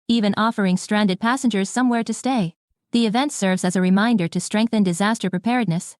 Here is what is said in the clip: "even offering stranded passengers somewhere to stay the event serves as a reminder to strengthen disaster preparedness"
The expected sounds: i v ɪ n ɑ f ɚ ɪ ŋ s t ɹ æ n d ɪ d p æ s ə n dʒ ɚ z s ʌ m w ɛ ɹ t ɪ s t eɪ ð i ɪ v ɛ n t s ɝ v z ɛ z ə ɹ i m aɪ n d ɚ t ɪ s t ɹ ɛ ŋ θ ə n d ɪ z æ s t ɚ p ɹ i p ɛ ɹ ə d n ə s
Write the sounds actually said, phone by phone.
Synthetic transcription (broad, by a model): i v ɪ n ɑ f ɚ ɪ ŋ s t ɹ æ n d ɪ d p æ s ə n dʒ ɚ z s ʌ m w ɛ ɹ t ɪ s t eɪ ð i ɪ v ɛ n t s ɝ v z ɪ z ə ɹ i m aɪ n d ɚ t ɪ s t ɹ ɛ ŋ θ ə n d ɪ z æ s t ɚ p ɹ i p ɛ ɹ d n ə s